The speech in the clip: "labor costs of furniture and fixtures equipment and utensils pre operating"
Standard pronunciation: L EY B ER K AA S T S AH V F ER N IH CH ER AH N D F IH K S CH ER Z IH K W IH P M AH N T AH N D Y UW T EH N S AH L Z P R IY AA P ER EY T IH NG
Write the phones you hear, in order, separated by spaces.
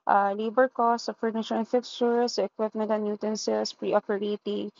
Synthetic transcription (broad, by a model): L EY B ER K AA S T AH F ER N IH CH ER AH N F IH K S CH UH S IH K W IH P M AH N T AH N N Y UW T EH N S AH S P R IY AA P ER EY T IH